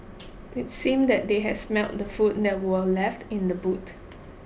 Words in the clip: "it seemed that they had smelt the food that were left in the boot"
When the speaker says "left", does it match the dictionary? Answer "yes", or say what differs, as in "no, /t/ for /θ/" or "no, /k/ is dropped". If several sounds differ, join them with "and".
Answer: yes